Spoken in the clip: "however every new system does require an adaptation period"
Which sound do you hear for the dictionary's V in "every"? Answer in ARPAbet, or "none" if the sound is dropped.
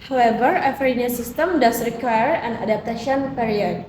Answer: F